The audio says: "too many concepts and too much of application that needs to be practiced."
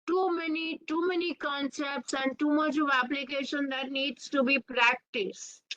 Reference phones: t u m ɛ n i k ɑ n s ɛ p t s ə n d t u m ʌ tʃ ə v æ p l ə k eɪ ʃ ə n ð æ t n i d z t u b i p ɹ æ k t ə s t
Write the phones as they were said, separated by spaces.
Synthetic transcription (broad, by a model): t u m ɛ n i k ɑ n s ɛ p t s ə n d t u m ʌ tʃ ə v æ p l ə k eɪ ʃ ə n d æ t n i d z t u b i p ɹ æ k t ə s t